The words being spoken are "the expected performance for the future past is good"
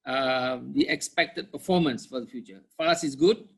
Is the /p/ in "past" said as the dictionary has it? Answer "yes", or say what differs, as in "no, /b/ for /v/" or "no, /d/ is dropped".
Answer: no, /f/ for /p/